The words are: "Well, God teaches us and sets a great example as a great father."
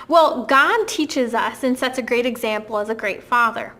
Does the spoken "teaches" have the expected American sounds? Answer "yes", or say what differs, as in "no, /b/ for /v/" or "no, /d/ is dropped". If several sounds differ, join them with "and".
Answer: yes